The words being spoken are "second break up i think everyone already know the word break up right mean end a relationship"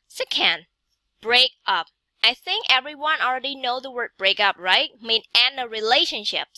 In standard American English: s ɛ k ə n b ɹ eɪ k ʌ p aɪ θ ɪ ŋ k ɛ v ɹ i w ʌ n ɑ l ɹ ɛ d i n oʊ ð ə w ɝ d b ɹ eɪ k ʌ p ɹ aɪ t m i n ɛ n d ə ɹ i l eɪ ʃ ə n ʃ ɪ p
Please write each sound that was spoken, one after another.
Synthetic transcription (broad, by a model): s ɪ k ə n b ɹ eɪ k ʌ p aɪ θ ɪ ŋ k ɛ v ɹ i w ʌ n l ɹ ɛ d i n oʊ ð ə w ɝ d b ɹ eɪ k ʌ p ɹ aɪ t m i n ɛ n ə ɹ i l eɪ ʃ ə n ʃ ɪ p